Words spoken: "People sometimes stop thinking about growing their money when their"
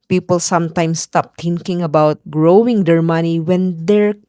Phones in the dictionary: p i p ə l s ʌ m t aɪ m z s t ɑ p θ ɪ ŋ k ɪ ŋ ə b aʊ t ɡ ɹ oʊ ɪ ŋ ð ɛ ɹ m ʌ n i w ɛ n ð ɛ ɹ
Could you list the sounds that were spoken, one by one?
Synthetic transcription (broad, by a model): p i p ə l s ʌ m t aɪ m s t ɑ p t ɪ ŋ k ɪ ŋ ə b aʊ t ɡ ɹ oʊ ɪ ŋ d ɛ ɹ m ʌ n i w ɛ n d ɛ ɹ